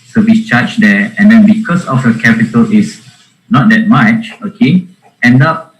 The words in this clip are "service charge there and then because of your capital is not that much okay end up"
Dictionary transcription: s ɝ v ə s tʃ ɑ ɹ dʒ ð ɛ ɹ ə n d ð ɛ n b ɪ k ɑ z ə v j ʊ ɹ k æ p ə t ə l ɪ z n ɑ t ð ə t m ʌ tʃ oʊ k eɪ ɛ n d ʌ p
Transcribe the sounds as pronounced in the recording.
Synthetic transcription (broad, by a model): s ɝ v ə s tʃ ɑ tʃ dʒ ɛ ə n d ɛ n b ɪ k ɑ s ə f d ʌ k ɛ p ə t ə l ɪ s n ɑ t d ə t m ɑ tʃ oʊ k eɪ ɛ n d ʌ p